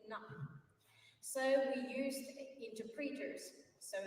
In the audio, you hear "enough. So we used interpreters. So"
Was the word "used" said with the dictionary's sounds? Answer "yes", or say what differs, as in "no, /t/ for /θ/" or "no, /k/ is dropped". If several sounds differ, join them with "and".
yes